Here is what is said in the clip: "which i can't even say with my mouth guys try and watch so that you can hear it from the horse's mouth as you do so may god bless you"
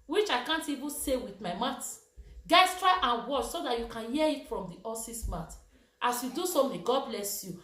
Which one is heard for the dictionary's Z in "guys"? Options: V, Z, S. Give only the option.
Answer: S